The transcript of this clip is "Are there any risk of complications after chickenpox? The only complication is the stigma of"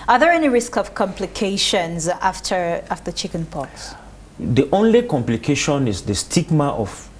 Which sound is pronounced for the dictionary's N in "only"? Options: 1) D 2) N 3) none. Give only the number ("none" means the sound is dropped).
2